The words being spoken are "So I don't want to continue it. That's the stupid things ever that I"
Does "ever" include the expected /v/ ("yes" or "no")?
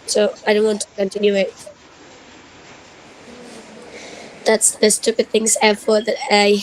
no